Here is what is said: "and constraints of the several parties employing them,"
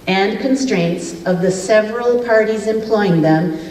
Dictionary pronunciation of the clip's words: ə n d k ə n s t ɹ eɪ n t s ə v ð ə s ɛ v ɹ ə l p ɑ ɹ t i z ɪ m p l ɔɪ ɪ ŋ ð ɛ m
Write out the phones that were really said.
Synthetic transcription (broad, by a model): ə n k ə n s t ɹ eɪ n t s ə v ð ə s ɛ v ɹ ə l p ɑ ɹ t i z ɪ m p l ɔɪ ɪ ŋ ð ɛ m